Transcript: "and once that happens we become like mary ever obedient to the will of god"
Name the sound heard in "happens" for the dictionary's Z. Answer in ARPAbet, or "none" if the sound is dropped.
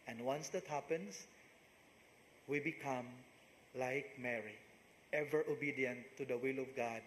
S